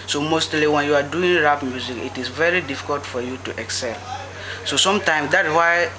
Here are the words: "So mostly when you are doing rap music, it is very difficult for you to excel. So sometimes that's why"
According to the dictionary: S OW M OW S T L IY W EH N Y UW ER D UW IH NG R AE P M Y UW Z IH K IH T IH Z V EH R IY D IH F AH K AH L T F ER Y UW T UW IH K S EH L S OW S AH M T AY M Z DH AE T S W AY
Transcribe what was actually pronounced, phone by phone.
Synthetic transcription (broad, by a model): S OW M OW S T L IY W EH N Y UW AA D UW IH NG R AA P M Y UW Z IH K IH T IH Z V EH R IY D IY F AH K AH L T F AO Y UW T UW IH K S EH L S OW S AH M T AY M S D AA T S W AY